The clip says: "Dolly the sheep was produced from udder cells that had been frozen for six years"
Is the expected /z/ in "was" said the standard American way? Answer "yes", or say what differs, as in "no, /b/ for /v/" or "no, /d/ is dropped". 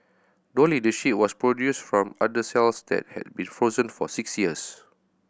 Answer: no, /s/ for /z/